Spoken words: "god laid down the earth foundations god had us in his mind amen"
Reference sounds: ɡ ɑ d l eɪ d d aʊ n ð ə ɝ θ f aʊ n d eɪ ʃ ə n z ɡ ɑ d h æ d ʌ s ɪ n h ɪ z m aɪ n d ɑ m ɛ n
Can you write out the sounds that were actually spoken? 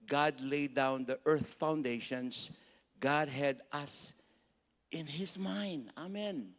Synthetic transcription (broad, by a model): ɡ ɑ d l eɪ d d aʊ n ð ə ɝ θ f aʊ n d eɪ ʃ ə n s ɡ ɑ d h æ d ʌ s ɪ n h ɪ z m aɪ n d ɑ m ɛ n